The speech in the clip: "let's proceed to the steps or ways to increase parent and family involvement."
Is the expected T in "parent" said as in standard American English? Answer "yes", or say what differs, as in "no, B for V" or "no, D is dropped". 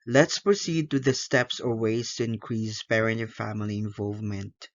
no, T is dropped